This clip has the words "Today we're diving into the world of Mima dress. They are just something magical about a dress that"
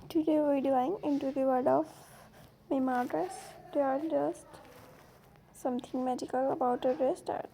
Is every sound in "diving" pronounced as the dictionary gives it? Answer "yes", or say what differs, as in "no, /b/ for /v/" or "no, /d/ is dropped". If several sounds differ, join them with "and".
no, /v/ is dropped